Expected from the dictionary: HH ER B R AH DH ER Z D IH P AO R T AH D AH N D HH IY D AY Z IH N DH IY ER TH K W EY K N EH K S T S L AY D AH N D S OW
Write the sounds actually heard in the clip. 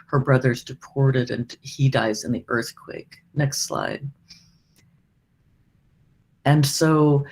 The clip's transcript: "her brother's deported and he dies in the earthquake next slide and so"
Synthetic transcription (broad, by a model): HH ER B R AH DH ER Z D IH P AO R T AH D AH N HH IY D AY Z IH N DH IY ER TH K W EY K N EH K S T S L AY D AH N S OW